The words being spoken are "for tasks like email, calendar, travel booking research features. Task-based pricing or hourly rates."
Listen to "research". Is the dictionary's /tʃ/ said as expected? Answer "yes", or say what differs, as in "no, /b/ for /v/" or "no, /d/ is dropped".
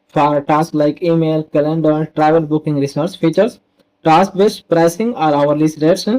no, /s/ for /tʃ/